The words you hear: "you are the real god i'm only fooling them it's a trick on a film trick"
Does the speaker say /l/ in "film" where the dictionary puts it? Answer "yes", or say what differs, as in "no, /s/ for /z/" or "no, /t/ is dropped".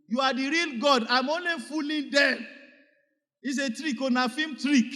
no, /l/ is dropped